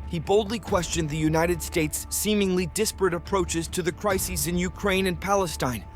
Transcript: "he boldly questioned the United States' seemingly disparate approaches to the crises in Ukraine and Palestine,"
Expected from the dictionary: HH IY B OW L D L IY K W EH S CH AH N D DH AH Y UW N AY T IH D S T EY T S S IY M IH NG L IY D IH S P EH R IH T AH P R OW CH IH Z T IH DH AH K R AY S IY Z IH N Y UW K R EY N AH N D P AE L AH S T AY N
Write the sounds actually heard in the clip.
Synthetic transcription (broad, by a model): HH IY B OW L D L IY K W EH S CH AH N DH AH Y UW N AY T IH D S T EY T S S IY M IH NG L IY D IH S P R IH T AH P R OW CH IH Z T IH DH AH K R AY S IY Z IH N Y UW K R EY N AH N P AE L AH S T AY N